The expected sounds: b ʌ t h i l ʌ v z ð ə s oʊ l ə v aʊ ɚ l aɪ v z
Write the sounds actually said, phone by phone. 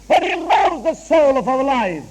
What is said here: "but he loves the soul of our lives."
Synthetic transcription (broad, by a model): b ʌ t h i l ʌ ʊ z ð ə s oʊ l ə v aʊ ɚ l aɪ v